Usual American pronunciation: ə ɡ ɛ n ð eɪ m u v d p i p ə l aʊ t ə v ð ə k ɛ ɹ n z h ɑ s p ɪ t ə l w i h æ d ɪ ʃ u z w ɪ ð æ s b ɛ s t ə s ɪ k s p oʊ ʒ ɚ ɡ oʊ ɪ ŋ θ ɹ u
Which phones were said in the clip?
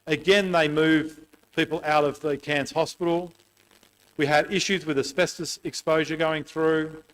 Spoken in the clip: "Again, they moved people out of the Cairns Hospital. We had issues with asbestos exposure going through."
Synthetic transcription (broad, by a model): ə ɡ ɛ n ð eɪ m u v p i p l aʊ t ə v ð ə k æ n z h ɑ s p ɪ t l w i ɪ d ɪ ʃ u z w ɪ ð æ s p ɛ s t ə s ɪ k s p oʊ ʒ ɚ ɡ oʊ ɪ ŋ θ ɹ u